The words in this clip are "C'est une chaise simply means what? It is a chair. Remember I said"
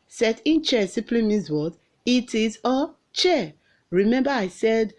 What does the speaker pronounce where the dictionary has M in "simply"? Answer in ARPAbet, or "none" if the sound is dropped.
none